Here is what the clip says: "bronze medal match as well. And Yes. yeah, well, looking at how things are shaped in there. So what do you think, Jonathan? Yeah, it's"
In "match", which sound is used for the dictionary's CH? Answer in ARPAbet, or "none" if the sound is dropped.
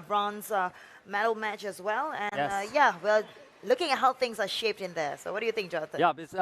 CH